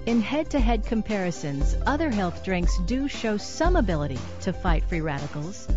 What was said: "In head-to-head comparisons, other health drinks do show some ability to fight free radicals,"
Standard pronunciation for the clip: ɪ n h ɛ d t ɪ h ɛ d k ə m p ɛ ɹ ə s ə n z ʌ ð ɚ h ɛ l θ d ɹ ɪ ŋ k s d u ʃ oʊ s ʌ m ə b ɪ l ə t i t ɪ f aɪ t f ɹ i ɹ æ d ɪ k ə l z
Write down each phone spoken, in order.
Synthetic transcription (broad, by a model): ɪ n h ɛ d t ɪ h ɛ d k ə m p ɛ ɹ ə s ə n z ʌ ð ɚ h ɛ l θ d ɹ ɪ ŋ k s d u ʃ oʊ s ʌ m ə b ɪ l ə t i t ɪ f aɪ t f ɹ i ɹ æ d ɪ k l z